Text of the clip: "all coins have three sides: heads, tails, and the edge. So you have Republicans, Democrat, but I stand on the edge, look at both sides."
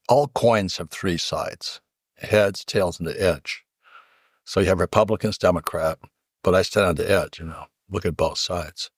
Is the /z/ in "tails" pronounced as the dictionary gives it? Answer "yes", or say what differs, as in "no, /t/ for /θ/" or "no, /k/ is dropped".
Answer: yes